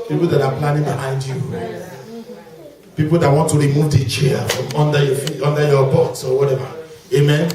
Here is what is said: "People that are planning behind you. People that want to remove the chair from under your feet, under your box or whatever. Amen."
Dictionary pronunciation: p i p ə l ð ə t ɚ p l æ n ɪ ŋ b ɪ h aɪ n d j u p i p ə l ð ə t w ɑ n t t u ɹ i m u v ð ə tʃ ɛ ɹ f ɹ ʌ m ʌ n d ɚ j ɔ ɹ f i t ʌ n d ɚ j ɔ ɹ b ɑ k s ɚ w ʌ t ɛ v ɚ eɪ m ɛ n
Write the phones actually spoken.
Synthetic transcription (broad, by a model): p i p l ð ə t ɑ p l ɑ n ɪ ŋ b ɪ h aɪ n d j u p i p ə l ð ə t w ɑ n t t u ɹ i m u v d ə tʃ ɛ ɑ f ɹ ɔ m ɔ n d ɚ j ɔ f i ɔ n d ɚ j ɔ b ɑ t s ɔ w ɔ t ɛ v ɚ eɪ m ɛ n